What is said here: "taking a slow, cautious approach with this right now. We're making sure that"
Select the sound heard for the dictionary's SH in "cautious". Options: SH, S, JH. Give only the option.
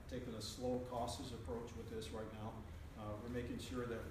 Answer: S